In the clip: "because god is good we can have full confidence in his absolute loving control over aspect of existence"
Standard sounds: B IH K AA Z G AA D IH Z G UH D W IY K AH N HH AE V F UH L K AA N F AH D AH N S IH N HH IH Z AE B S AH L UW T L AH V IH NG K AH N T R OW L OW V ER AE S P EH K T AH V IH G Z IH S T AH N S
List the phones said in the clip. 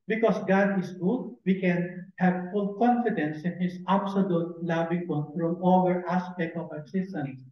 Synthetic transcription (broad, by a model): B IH K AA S G AA D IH S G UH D W IY K AH N HH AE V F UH L K AA N F AH D AH N S IH N HH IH S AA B S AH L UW T L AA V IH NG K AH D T R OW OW ER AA S P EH K T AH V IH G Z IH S T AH N S